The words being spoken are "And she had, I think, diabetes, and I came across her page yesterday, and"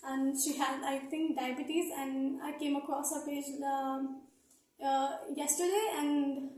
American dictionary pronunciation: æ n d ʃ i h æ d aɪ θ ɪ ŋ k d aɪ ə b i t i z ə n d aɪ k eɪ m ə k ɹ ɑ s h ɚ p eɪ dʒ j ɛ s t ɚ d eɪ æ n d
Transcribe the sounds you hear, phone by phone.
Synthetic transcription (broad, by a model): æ n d ʃ i h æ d aɪ t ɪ ŋ k d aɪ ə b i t i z ə n d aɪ k eɪ m ə k ɹ ɑ s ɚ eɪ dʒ j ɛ s t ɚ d eɪ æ n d